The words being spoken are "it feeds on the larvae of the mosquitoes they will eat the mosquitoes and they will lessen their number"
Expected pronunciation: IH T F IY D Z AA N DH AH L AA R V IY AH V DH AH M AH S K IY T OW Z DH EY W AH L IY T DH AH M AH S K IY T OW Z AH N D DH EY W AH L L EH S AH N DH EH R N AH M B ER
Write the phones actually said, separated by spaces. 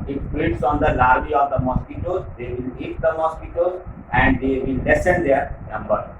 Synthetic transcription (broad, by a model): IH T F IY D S AA N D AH L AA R B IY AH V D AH M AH S K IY T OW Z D EY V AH L IY T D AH M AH S K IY T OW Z AH N D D EY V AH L L EH S AH N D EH R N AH M B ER